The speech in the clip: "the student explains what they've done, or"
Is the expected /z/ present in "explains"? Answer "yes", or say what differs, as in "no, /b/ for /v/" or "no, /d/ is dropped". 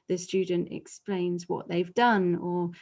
yes